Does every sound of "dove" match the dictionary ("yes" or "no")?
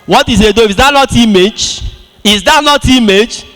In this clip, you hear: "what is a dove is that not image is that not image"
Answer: no